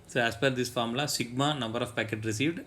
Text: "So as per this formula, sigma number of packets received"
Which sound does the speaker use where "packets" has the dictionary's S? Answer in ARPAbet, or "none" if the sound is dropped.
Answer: none